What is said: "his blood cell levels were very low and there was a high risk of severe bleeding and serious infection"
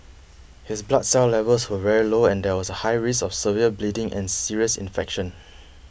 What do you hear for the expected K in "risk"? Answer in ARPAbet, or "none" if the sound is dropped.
none